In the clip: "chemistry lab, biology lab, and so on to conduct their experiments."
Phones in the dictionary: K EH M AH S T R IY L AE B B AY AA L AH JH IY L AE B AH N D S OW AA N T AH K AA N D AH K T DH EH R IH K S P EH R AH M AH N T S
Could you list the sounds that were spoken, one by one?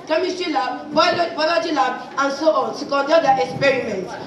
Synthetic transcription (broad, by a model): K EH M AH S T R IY L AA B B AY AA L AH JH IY L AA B AH N D S OW AA N S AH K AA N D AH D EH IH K S P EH R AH M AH N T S